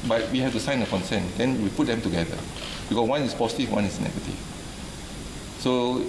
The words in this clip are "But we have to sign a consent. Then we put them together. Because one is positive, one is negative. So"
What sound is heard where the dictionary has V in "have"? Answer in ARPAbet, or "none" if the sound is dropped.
F